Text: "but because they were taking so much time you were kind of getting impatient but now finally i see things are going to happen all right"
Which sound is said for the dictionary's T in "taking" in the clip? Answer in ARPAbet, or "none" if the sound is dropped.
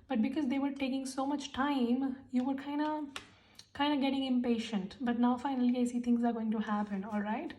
T